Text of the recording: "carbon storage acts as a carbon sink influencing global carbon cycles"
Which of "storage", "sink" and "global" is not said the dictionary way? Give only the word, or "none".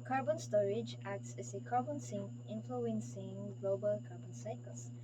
sink